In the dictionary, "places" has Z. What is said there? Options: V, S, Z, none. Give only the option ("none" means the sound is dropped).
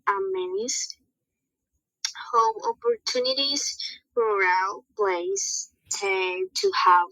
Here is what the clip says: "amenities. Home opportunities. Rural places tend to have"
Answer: S